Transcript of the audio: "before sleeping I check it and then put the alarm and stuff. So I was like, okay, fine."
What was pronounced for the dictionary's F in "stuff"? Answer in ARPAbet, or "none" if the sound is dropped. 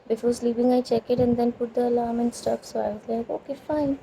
P